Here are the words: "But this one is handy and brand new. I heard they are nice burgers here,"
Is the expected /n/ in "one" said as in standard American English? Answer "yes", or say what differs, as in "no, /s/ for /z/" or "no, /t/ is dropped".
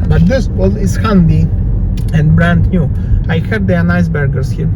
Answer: no, /l/ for /n/